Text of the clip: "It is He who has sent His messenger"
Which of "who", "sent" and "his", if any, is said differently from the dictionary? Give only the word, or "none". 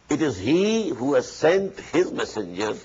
none